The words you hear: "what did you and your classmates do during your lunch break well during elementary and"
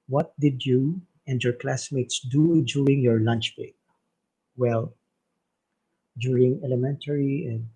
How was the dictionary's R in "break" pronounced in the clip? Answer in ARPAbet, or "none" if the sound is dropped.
none